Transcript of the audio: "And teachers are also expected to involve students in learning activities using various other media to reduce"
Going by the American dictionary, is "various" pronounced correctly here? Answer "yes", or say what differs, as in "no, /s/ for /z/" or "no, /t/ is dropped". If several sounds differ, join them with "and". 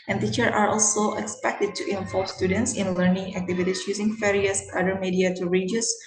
no, /f/ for /v/